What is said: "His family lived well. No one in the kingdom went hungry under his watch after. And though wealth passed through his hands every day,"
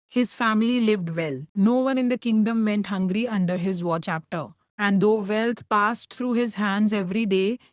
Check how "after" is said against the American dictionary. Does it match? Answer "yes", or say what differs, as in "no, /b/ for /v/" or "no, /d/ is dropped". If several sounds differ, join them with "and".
no, /p/ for /f/